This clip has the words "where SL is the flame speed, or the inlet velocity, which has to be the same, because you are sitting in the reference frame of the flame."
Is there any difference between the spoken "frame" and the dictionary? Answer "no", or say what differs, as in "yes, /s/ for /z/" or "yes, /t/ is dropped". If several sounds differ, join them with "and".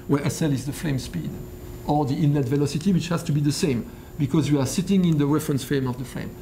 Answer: yes, /ɹ/ is dropped